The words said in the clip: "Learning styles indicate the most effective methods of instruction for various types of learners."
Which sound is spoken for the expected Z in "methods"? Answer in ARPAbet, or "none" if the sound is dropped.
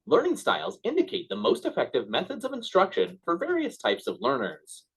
Z